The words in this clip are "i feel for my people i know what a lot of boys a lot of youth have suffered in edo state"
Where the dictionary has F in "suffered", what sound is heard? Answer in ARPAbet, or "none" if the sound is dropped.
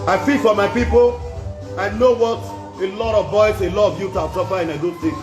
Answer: P